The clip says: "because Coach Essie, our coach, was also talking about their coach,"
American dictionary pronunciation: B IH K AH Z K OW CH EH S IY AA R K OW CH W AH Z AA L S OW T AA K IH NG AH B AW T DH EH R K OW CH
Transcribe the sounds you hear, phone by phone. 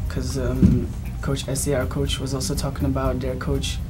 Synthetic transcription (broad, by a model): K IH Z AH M K OW CH EH S IY AA R K OW CH W AH Z AA L S OW T AA K IH NG AH B AW T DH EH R K OW CH